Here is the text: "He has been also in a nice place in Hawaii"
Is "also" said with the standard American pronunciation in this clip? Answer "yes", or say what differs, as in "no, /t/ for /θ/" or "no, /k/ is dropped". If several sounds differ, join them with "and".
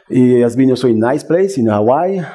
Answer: no, /l/ is dropped